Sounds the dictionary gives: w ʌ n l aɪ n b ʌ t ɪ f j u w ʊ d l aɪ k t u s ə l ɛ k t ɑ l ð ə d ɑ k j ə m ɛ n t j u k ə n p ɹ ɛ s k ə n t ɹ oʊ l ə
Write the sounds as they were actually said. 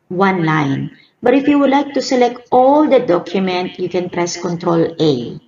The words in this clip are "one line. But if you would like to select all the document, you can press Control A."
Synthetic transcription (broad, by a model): w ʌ n l aɪ n b ʌ t ɪ f j u w ʊ d l aɪ k t u s ə l ɛ k t ɑ l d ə d ɑ k j ə m ɛ n t j u k ə n p ɹ ɛ s k ə n t ɹ oʊ l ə